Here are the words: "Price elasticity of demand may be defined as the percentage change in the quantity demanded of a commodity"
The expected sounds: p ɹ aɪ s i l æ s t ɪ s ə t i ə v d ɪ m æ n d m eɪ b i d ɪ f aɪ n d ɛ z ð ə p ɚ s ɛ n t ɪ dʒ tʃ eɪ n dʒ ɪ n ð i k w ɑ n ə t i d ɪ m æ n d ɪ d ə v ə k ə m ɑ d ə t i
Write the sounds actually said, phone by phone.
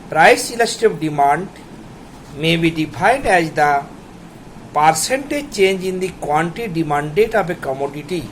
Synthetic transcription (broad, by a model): p ɹ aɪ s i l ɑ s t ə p d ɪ m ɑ n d m eɪ b i d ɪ p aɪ n d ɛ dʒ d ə p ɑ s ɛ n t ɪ tʃ eɪ n dʒ ɪ n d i k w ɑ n t i d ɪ m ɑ n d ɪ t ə p ə k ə m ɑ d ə t i